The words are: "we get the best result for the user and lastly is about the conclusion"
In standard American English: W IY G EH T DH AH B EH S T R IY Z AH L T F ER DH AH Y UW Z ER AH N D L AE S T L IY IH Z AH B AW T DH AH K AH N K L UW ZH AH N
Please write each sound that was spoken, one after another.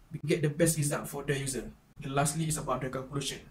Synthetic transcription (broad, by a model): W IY G EH T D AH B EH S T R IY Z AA T F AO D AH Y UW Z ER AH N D L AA S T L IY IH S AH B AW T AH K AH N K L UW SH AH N